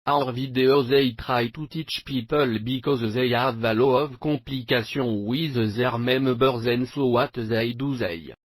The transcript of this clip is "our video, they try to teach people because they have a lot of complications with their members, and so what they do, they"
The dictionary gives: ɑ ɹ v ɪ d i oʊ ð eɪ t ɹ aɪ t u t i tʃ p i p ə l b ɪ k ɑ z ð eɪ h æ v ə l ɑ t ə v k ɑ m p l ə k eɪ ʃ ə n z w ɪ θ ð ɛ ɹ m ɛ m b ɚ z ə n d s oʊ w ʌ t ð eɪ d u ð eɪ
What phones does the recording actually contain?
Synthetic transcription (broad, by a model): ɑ ɹ v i d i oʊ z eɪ t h aɪ t u t i tʃ p i p ə l b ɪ k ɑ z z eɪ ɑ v ə l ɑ ə v k ɑ p l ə k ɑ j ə w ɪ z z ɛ ɹ m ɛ m b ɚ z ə n s oʊ w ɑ t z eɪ d u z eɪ